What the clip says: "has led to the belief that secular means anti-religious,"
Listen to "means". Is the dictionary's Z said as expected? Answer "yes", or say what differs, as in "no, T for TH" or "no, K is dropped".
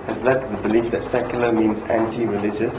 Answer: yes